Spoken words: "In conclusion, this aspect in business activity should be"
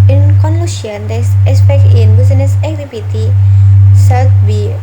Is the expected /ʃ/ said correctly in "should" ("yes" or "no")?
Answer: no